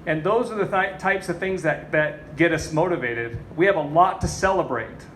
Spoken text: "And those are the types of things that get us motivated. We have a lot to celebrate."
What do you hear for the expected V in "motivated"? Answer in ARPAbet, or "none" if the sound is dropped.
V